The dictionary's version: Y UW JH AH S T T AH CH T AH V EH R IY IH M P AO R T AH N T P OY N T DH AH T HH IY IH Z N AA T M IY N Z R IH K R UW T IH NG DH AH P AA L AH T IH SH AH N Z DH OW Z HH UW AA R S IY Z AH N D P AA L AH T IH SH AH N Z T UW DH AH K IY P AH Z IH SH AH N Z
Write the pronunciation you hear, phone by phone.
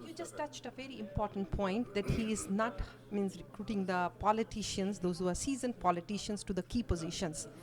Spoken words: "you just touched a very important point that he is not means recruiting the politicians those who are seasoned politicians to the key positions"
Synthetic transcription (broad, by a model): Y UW JH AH S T T AH CH T AH V EH R IY IH M P AO R T AH N T P OY N T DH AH T HH IY IH Z N AA T M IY N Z R IH K R UW T IH NG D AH P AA L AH T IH SH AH N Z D OW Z HH UW AA R S IY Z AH N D P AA L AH T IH SH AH N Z T UW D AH K IY P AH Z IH SH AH N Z